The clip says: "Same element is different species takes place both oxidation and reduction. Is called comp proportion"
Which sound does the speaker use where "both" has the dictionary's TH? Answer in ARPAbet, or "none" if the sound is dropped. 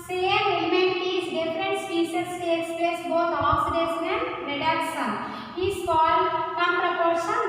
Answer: T